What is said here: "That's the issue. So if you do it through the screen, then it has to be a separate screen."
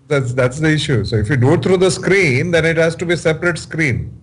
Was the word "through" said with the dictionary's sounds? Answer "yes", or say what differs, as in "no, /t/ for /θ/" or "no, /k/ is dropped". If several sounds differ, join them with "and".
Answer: no, /t/ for /θ/